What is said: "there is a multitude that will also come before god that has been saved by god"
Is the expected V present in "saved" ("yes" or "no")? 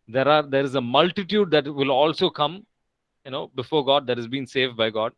yes